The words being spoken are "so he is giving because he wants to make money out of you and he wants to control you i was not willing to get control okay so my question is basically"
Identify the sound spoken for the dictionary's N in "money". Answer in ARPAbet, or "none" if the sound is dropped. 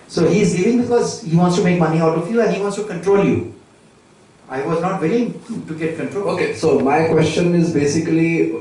N